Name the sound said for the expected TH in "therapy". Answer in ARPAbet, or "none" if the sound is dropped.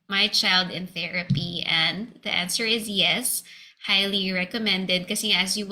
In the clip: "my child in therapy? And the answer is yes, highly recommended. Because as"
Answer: TH